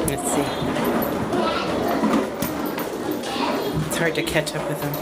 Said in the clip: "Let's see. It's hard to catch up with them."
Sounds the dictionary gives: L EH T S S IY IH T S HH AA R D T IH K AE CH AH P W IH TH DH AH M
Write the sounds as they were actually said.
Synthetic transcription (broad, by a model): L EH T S S IY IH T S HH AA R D T IH K AE CH AH P W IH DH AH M